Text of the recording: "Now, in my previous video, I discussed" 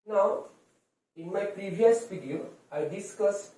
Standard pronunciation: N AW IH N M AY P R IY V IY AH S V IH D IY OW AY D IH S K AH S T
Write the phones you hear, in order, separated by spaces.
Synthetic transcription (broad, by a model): N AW IH N M AY P R IY V IY AH S F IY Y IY AY D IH S K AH S